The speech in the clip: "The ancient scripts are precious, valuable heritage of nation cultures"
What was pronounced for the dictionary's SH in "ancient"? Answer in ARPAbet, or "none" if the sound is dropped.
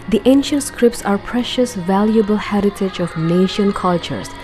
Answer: SH